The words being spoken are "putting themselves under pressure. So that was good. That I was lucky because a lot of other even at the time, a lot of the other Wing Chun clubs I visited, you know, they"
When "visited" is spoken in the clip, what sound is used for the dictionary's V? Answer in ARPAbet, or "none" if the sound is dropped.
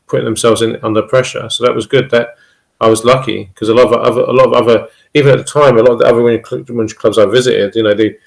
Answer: V